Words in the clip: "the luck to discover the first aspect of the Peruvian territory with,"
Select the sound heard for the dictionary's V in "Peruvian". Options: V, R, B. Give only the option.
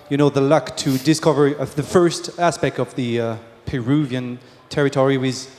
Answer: V